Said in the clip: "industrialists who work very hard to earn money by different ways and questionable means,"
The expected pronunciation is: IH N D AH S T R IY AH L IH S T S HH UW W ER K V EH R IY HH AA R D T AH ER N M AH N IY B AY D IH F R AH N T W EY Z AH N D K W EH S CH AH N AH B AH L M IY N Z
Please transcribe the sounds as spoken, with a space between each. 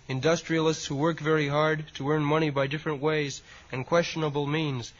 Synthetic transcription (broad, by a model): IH N D AH S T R IY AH L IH S T S HH UW W ER K V EH R IY HH AA R D T AH ER N M AH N IY B AY D IH F R AH N T W EY Z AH N K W EH S CH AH N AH B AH L M IY N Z